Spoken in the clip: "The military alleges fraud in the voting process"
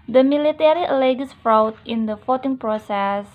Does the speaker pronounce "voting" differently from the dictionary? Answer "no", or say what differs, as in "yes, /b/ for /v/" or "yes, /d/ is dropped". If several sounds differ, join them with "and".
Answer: yes, /f/ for /v/